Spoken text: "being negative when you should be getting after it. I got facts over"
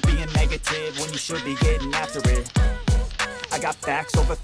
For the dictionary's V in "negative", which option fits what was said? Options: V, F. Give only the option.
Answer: V